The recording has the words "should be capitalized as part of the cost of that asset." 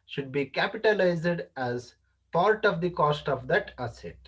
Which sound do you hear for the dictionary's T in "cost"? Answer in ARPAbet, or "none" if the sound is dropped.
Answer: T